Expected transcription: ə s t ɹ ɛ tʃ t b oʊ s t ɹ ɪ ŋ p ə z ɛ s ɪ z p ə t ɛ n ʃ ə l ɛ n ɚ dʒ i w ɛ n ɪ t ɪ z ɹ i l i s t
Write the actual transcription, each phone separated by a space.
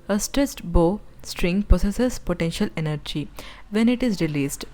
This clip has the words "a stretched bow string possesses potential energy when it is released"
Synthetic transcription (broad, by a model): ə s t ɹ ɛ s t b oʊ s t ɹ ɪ ŋ p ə s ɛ s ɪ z p ə t ɛ n ʃ ə l ɛ n ɚ dʒ i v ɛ n ɪ t ɪ z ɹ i l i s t